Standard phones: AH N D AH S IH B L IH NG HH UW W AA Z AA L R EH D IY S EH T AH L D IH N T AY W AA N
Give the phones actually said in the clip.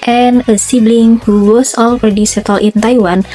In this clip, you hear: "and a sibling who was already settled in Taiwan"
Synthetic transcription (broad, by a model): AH N AH S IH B L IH NG HH UW W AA S AA L R EH D IY S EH T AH L IH N T AY W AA N